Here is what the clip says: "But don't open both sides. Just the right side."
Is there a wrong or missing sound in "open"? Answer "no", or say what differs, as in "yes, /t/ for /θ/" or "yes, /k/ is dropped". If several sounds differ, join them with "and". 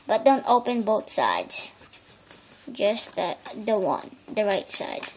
no